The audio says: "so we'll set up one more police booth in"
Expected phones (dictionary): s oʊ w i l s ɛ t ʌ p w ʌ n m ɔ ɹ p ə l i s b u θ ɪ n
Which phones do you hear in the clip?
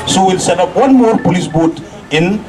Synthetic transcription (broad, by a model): s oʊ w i l s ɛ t ʌ p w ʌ n m ɔ ɹ p ə l i s b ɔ t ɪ n